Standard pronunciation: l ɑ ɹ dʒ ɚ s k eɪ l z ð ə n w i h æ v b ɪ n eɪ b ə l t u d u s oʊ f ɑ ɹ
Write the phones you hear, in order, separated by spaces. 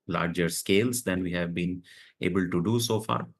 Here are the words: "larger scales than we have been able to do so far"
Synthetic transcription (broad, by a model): l ɑ ɹ dʒ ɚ s k eɪ l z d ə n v i h æ v b ɪ n eɪ b ə l t u d u s oʊ f ɑ ɹ